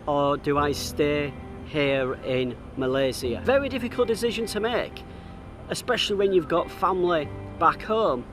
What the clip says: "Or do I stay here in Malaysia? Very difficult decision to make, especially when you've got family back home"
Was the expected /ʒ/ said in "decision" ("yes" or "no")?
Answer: yes